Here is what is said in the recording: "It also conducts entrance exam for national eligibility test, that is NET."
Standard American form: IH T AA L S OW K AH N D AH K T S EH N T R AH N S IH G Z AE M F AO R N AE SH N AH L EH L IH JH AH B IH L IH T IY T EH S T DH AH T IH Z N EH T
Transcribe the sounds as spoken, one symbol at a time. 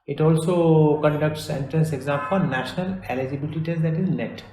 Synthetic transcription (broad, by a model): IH T AA L S OW K AH N D AH K T S EH N T R AH N S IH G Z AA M P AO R N AE SH N AH L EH L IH JH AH B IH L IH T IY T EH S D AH T IH Z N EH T